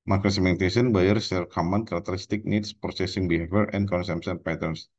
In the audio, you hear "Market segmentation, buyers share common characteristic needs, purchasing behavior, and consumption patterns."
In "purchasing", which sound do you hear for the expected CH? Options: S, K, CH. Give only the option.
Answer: S